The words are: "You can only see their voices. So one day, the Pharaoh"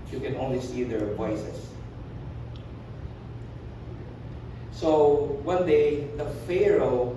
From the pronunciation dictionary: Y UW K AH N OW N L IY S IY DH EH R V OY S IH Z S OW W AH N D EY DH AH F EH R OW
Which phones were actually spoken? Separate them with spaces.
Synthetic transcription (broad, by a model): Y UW K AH N OW N L IY S IY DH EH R P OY S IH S S OW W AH N D EY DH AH F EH R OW